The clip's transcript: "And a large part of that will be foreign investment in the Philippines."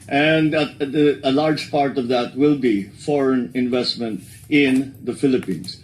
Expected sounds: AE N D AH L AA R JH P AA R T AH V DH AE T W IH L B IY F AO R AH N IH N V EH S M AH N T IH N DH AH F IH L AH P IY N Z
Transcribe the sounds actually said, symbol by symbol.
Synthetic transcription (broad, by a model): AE N D AH L AA R JH P AA R T AH V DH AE T W IH L B IY F AO R AH N IH N V EH S M AH N T IH N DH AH F IH L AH P IY N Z